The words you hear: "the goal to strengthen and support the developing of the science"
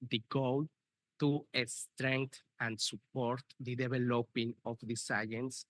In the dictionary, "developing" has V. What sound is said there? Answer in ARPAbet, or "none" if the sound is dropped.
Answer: B